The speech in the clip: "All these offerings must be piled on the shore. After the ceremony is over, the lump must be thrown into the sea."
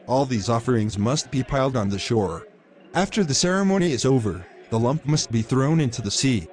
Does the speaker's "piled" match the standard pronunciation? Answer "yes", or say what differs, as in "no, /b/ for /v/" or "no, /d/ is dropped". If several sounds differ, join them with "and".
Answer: yes